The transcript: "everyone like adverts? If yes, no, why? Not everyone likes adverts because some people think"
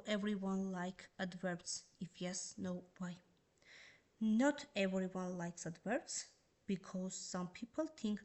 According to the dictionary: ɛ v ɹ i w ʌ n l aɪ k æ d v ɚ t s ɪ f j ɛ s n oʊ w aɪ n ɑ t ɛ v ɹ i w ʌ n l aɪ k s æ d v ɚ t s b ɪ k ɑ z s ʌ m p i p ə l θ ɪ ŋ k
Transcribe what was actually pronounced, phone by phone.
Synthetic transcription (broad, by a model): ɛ v ɹ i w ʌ n l aɪ k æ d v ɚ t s ɪ f j ɛ s n oʊ w aɪ n ɑ t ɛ v ɹ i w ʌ n l aɪ k s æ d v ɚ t s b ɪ k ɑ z s ʌ m p i p ə l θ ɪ ŋ k